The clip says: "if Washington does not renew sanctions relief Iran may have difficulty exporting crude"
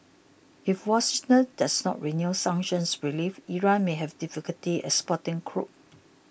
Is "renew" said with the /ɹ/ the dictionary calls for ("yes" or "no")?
yes